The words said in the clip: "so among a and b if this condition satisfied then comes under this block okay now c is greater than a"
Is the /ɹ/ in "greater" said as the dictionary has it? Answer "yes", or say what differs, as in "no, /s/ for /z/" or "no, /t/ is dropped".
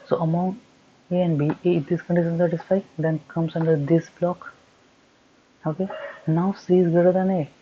no, /ɹ/ is dropped